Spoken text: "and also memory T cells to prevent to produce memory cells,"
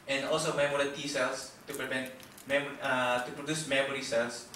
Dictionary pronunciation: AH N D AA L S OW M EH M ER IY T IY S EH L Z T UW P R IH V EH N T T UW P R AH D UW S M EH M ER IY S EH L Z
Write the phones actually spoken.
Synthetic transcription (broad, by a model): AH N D AA L S OW M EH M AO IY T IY S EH L S T UW P R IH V EH N T T UW P R AH D UW S M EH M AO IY S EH L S